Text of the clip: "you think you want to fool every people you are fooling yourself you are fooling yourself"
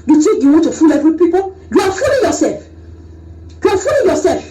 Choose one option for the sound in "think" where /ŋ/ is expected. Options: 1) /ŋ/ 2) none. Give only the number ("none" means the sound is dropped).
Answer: 2